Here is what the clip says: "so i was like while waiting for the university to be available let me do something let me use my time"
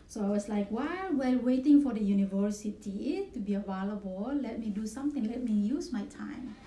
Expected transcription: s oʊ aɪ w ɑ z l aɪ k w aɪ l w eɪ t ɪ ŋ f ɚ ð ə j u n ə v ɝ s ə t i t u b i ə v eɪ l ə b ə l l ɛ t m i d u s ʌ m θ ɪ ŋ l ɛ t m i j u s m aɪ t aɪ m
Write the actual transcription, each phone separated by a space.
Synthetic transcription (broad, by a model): s oʊ aɪ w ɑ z l aɪ k w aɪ w w eɪ t ɪ ŋ f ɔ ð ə j u n ə v ɝ s ə t i t u b i ə v eɪ l ə b ə l l ɛ t m i d u s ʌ m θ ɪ ŋ l ɛ t m i j u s m aɪ t aɪ m